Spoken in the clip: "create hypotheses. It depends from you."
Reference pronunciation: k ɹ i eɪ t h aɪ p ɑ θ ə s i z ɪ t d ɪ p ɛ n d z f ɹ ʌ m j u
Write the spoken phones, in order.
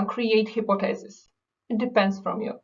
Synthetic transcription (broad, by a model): k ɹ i eɪ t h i p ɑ t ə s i s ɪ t d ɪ p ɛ n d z f ɹ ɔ m j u